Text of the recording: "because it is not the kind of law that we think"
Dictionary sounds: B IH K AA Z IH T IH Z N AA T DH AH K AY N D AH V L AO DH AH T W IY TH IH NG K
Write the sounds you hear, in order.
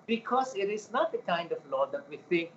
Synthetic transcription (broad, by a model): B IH K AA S IH T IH S N AA T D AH K AY N D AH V L AO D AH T W IY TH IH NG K